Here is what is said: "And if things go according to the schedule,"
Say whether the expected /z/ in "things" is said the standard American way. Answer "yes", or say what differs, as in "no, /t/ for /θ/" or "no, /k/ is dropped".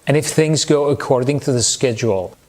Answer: yes